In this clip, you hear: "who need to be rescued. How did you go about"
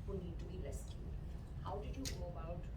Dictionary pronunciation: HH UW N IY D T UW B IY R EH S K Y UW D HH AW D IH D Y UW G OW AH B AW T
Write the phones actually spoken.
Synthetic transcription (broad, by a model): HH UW N IY D T UW B IY L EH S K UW HH AW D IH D Y UW G OW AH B AW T